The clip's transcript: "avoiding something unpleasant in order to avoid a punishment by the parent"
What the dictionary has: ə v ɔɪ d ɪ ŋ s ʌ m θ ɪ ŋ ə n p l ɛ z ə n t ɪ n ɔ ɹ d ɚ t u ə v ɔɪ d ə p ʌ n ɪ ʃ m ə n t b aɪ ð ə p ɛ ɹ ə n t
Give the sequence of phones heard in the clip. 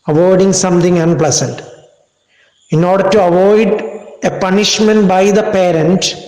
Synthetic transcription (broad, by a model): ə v ɔɪ d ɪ ŋ s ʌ m t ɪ ŋ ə n p l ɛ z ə n t ɪ n ɔ ɹ d ɚ t u ə v ɔɪ d ə p ʌ n ɪ ʃ m ə n t b aɪ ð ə p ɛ ɹ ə n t